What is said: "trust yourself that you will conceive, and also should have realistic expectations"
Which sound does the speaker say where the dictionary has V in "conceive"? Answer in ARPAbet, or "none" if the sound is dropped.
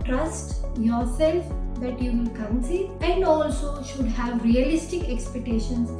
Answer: none